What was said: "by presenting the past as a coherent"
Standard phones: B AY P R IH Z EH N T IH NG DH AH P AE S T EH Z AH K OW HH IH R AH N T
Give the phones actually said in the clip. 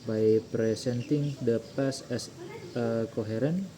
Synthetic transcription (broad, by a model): B AY P R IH S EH N T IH NG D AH P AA S EH S AH K OW HH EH R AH N